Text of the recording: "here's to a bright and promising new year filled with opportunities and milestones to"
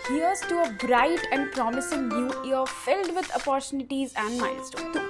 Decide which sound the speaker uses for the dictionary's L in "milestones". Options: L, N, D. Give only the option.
N